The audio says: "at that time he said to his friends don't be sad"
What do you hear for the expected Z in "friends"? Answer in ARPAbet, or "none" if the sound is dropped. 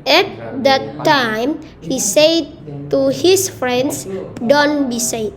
S